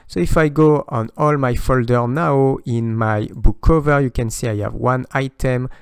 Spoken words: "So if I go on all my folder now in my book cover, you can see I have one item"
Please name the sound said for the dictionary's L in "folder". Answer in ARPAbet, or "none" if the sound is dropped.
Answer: L